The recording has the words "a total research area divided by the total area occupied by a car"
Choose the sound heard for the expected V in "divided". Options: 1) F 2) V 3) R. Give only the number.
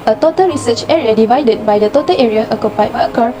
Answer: 2